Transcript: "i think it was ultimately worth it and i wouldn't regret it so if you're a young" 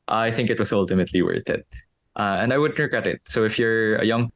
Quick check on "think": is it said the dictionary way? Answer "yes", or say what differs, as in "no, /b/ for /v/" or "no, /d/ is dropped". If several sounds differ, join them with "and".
yes